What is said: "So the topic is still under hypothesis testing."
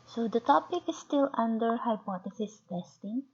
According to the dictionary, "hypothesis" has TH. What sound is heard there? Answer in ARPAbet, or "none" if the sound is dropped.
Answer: T